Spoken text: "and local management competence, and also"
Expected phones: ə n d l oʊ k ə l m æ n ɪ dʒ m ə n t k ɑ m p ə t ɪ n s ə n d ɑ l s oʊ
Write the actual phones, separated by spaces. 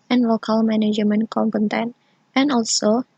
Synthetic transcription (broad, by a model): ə n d l oʊ k ə l m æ n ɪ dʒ m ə n k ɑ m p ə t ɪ n ə n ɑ l s oʊ